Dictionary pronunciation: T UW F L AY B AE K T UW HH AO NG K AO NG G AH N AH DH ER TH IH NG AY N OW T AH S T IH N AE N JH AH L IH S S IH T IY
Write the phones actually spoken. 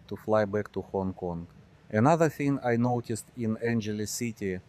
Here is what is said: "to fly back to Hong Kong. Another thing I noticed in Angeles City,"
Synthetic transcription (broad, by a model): T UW F L AY B AE K T UW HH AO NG K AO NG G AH N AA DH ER TH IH NG AY N OW T AH S T IH N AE N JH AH L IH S S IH T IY